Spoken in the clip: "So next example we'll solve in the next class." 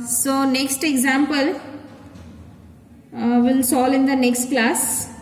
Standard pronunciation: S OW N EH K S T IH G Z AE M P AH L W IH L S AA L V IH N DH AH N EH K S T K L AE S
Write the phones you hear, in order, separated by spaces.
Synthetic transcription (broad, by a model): S OW N EH K S T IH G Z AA M P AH L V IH L S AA L IH N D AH N EH K S T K L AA S